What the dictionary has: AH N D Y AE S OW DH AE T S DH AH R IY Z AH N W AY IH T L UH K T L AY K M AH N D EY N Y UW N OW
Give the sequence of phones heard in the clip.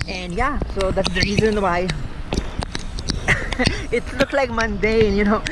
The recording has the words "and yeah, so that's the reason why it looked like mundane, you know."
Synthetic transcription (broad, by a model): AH N D Y AE S OW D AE T S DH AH R IY Z AH N W AY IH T L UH K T L AY K M AH N D EY N Y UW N OW